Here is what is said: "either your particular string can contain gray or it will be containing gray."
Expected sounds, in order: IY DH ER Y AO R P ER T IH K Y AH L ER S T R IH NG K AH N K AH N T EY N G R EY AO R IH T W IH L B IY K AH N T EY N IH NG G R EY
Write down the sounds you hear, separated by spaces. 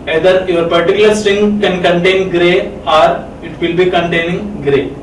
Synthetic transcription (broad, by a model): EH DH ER Y AO R P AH T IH K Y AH L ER S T IH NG K AH N K AH N T EY N G R EY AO R IH T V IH L B IY K AH N T EY N IH NG G R EY